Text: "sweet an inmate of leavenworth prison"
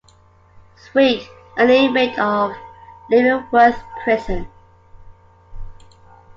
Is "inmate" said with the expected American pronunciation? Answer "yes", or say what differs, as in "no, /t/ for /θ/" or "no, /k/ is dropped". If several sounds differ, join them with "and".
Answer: no, /n/ is dropped